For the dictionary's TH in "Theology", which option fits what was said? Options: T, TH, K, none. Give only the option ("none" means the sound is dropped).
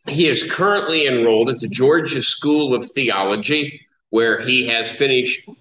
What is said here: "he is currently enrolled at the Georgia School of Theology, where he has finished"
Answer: TH